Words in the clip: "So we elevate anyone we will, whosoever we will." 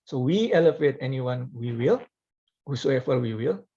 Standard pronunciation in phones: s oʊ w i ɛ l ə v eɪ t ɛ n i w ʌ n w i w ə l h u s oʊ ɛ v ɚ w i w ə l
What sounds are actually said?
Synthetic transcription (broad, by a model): s oʊ w i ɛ l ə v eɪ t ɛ n i w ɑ n w i w ə l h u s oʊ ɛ f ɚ w i w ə l